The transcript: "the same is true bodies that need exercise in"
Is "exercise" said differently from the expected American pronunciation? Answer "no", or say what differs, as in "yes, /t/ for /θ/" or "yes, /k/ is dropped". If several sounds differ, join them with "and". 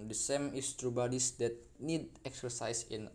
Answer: yes, /s/ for /z/